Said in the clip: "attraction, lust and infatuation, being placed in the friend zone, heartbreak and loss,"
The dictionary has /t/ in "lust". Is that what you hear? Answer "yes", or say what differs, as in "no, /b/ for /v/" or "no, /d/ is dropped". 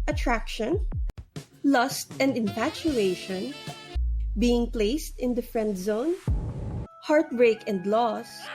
yes